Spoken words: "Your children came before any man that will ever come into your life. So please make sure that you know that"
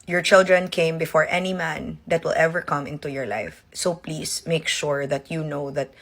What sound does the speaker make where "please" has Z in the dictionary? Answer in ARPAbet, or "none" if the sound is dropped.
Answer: S